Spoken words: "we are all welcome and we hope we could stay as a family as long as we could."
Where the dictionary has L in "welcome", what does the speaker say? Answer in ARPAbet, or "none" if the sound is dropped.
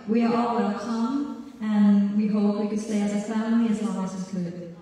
none